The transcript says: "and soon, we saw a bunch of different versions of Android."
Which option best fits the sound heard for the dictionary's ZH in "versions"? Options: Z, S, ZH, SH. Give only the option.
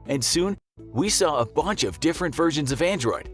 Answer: ZH